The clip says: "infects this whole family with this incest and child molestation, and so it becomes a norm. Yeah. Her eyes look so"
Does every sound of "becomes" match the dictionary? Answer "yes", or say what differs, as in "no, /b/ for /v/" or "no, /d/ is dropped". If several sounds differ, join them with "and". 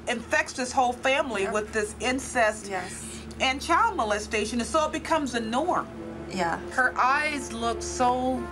yes